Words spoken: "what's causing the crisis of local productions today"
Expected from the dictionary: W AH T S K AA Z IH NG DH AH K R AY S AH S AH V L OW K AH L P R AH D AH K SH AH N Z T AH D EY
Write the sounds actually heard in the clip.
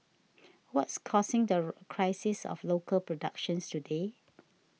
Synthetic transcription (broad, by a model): W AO T S K AA S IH NG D AH K R AY S AH S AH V L OW K AH L P R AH D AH K SH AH N S T AH D EY